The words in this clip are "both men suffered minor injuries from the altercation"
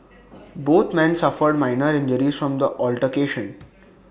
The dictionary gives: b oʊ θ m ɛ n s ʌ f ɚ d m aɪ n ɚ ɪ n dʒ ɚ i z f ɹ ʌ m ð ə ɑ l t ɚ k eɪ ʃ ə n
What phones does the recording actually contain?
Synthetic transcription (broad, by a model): b oʊ t m ɛ n s ʌ f ɚ d m aɪ n ɚ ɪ n dʒ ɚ i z f ɹ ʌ m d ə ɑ l t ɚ k eɪ ʃ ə n